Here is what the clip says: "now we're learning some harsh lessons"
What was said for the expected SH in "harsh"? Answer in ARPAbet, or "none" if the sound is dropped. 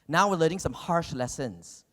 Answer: SH